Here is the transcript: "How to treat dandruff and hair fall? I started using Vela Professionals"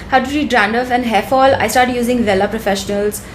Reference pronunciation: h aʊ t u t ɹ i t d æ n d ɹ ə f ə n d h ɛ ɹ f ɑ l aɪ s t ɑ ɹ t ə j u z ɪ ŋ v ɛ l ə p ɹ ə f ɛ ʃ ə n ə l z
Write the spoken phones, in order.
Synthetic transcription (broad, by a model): h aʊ t u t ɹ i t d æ n d ə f ə n d h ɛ f ɑ l aɪ s t ɑ ɹ t j u z ɪ ŋ v ɛ l ə p ɹ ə f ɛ ʃ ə n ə l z